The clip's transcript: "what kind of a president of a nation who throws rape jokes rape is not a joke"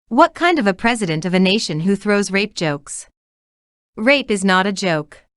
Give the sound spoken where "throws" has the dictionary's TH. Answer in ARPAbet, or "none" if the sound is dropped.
TH